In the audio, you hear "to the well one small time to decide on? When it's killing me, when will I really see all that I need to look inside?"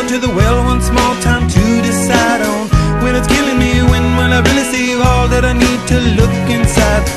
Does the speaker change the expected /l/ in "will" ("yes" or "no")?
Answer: yes